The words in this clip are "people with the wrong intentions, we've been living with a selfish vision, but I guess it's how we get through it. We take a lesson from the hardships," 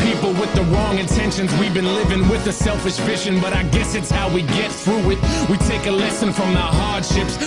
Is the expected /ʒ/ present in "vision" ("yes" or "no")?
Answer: no